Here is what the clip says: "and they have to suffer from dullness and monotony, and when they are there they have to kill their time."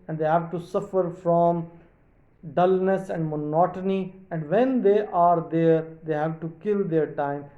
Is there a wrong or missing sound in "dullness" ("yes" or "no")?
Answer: no